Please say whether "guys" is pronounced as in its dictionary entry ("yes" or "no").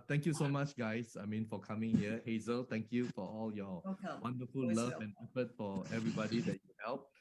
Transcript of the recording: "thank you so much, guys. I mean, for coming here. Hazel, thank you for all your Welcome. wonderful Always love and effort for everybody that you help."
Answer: no